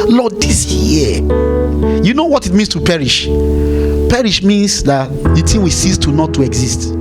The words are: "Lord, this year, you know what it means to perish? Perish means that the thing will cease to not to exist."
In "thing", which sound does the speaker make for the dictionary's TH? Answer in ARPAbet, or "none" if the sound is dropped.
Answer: T